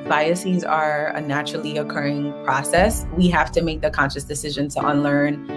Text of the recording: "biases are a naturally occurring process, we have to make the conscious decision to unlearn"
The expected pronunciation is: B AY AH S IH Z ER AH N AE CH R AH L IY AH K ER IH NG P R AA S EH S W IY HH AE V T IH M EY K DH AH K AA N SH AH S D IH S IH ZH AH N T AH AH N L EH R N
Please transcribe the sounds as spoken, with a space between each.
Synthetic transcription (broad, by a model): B AY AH S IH Z ER AH N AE CH R L IY AH K ER IH NG P R AA S EH S W IY HH AE F T IH M EY K DH AH K AA N SH AH S D IH S IH ZH AH N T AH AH N L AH R N